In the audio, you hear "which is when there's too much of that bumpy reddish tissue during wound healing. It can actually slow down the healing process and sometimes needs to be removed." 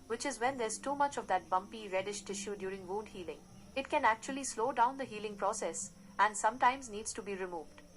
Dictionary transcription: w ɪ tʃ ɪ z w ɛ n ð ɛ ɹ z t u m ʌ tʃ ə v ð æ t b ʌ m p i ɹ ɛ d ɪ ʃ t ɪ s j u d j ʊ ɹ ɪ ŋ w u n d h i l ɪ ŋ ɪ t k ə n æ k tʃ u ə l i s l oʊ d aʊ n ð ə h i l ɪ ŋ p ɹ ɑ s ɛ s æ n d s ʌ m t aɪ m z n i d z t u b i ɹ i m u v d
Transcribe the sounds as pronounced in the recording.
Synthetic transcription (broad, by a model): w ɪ tʃ ɪ z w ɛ n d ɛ ɹ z t u m ʌ tʃ ə v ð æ t b ʌ m p i ɹ ɛ d ɪ ʃ t ɪ ʃ j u d j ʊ ɹ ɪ ŋ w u d h i l ɪ ŋ ɪ t k ə n æ k tʃ u ə l i s l oʊ d aʊ n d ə h i l ɪ ŋ p ɹ ɑ s ɛ s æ n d s ʌ m t aɪ m z n i d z t u b i ɹ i m u v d